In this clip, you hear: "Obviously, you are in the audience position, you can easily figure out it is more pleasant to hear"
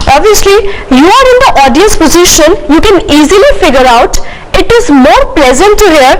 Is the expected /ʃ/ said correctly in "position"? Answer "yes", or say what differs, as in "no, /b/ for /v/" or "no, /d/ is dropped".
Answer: yes